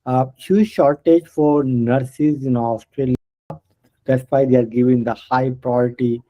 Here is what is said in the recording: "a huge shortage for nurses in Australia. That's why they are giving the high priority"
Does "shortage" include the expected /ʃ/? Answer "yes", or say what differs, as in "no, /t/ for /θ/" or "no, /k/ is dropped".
yes